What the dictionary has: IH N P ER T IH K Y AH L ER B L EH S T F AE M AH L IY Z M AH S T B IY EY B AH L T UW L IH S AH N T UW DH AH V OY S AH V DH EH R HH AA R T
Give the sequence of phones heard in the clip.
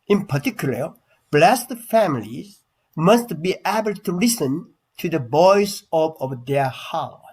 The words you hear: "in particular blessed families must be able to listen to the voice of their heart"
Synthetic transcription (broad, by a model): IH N P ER T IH K Y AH L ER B L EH S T F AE M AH L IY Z M AH S T B IY EY B AH L T UW L IH S AH N T UW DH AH B OY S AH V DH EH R HH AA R